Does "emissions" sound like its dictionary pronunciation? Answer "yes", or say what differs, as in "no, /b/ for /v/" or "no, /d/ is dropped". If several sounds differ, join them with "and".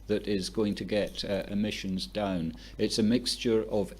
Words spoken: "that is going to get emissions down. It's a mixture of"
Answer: yes